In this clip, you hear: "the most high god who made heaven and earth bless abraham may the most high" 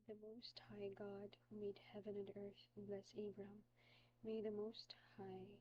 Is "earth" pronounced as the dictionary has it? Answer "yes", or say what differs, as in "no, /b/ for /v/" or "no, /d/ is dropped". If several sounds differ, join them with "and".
yes